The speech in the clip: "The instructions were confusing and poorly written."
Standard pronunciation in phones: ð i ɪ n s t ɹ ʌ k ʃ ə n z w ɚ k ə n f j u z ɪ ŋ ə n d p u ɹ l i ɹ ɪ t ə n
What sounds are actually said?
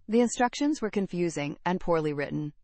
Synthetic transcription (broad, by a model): ð i ɪ n s t ɹ ʌ k ʃ ə n z w ɚ k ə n f j u z ɪ ŋ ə n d p u ɹ l i ɹ ɪ t n